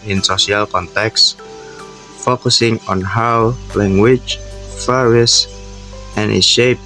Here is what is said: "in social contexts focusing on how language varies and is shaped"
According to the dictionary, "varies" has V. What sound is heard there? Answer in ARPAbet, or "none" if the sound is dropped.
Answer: F